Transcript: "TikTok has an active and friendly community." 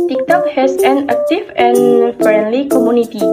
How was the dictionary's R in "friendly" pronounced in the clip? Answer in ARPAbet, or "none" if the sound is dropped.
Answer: R